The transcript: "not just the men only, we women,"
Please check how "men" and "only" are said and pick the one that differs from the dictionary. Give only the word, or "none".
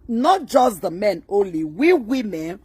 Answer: none